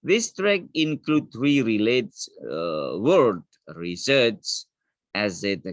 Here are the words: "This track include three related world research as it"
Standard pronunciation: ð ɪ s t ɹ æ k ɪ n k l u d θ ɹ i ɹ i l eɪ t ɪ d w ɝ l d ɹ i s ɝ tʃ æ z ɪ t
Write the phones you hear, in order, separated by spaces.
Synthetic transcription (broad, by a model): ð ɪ s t ɹ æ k ɪ n k l u d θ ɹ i ɹ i l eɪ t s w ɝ d ɹ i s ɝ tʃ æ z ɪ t